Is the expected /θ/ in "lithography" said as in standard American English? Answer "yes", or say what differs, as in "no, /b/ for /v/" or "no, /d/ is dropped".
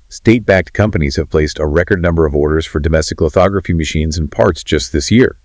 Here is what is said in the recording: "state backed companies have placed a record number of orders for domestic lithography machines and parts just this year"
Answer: yes